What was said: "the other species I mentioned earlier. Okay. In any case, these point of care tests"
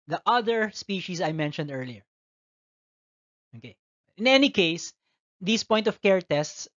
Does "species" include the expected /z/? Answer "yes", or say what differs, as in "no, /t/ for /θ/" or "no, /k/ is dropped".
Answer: no, /s/ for /z/